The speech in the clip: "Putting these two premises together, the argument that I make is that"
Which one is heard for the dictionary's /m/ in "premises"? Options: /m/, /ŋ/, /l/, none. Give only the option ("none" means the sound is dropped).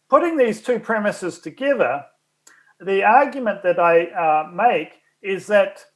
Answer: /m/